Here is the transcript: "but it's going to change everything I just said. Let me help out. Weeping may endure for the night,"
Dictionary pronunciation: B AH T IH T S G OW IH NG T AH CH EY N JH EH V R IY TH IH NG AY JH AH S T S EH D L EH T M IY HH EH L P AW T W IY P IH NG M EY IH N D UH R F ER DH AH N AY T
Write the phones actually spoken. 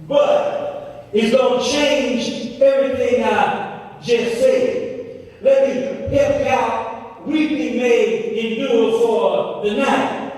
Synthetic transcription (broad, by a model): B AH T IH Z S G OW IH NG CH EY N JH EH V R IY TH IH NG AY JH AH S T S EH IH L EH T M IY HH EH P AW T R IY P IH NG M EY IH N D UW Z F ER DH AH N AY T